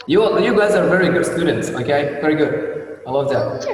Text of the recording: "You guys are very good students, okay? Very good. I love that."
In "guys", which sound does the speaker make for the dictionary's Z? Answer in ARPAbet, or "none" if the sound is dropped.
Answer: Z